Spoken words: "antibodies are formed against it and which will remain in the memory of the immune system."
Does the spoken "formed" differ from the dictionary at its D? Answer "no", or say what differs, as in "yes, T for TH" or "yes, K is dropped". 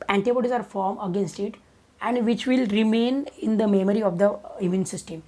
yes, D is dropped